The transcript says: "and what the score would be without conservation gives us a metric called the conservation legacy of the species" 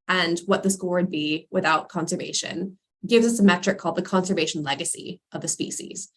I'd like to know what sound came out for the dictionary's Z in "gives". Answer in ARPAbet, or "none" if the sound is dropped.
Z